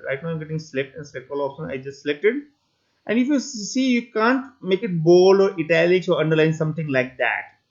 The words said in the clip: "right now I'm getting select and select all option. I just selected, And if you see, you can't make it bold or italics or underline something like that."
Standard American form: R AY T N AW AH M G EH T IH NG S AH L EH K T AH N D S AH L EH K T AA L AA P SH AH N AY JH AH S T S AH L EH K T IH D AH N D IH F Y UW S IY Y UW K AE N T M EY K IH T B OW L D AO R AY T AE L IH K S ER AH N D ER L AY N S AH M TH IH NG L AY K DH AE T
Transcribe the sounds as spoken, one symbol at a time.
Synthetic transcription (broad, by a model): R AY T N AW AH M G EH T IH NG S L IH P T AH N S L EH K AA L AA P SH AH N AY JH AH S T S L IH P T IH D AH N D IH F Y UW S IY Y UW K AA N T M EY K IH T B OW L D AO R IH T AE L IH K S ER AH N D ER L AY N S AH M T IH NG L AY K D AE T